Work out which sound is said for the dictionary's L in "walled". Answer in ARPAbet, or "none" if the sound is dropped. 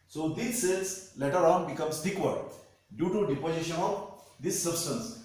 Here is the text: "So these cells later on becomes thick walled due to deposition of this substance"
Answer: none